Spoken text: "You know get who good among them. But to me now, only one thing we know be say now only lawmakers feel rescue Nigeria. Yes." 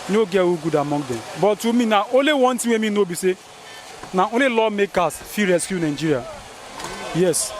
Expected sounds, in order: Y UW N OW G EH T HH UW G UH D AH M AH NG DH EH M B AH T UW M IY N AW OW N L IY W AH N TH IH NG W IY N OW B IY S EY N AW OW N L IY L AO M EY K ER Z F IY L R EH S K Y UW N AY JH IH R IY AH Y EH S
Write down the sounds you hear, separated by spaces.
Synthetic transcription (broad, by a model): N OW G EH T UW G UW D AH M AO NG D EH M B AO T UW M IY N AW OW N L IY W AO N T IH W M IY N OW B IY S EY N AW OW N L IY L AO M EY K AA S F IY R EH S K Y UW N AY JH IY R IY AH Y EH S